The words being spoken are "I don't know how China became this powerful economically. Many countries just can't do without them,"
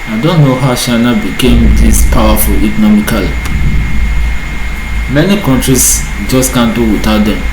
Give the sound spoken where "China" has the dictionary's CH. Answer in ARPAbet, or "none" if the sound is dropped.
SH